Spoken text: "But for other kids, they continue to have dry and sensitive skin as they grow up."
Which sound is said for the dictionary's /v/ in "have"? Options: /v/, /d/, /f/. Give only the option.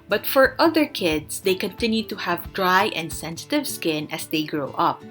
/v/